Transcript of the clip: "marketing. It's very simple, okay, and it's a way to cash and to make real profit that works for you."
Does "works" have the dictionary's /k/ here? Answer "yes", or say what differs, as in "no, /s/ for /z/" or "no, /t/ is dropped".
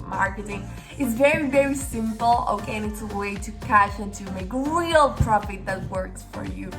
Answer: yes